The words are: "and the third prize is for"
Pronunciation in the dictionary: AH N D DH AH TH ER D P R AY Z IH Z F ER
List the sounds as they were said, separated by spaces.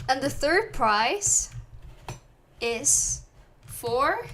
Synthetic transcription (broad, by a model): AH N DH AH TH ER D P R AY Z IH Z F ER